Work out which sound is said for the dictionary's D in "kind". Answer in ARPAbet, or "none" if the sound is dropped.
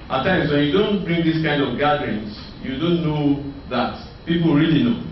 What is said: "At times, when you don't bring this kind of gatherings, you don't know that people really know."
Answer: D